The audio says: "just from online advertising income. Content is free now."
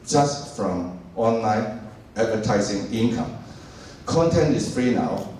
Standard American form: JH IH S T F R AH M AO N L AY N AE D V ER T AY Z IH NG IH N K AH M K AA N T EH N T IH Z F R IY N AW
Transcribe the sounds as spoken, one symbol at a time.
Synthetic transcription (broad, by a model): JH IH S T F R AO M AO N L AY N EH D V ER T AY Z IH NG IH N K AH M K AA N T EH N T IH S F R IY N AW